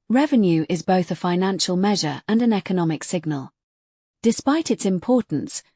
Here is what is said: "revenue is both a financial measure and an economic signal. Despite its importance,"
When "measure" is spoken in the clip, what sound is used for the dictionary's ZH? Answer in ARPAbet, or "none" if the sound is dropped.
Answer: ZH